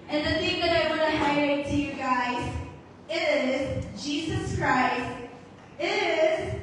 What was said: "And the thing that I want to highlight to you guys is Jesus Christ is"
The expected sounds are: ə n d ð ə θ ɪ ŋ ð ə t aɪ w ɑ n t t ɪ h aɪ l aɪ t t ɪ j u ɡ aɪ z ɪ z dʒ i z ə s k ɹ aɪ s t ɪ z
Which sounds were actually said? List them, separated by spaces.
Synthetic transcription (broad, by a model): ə n ð ə θ ɪ ŋ ð ə t aɪ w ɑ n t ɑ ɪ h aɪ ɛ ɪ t t ɪ j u ɡ aɪ z ɪ z dʒ i z ə s k ɹ aɪ s t ɪ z